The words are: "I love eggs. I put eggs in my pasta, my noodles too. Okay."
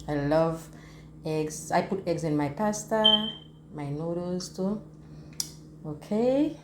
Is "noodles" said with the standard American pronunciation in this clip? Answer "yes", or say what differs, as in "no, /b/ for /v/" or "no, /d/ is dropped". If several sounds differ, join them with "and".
no, /l/ is dropped